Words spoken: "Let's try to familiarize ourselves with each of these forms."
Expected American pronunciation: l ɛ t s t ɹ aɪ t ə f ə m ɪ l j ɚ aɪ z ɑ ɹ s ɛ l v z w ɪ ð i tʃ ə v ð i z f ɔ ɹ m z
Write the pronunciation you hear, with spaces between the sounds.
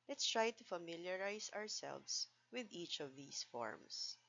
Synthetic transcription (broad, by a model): l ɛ t s t ɹ aɪ t ə f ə m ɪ l j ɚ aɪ s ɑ ɹ s ɛ l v s w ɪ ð i tʃ ə v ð i s f ɔ ɹ m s